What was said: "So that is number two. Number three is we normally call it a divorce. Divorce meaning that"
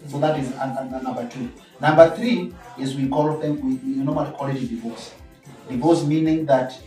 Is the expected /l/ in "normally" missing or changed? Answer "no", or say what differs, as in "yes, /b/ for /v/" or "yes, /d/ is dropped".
yes, /w/ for /l/